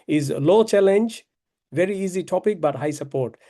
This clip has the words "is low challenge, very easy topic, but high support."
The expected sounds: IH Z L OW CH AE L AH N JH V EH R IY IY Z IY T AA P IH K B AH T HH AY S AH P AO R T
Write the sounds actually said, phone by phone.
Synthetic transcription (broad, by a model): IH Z L OW CH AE L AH N JH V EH R IY IY Z IY T AA P IH K B AH T HH AY S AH P AO R T